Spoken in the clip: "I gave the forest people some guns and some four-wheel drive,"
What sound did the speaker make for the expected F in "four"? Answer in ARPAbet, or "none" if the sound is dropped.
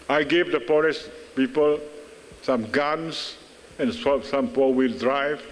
P